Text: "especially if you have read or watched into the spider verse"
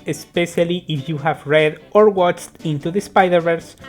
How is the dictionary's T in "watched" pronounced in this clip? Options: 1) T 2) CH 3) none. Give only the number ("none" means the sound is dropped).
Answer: 1